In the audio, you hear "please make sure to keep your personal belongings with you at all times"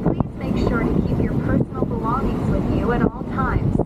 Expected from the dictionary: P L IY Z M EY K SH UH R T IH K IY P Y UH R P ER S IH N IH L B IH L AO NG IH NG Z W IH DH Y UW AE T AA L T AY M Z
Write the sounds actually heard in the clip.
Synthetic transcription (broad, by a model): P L IY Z M EY K SH UH R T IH K IY P Y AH R P ER S N L B IH L AO NG IH NG Z W IH DH Y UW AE T AA L T AY M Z